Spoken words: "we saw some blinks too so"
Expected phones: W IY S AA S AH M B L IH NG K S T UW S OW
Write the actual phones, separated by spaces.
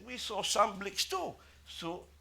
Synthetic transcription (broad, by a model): W IY S AA S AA M B L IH K S T UW S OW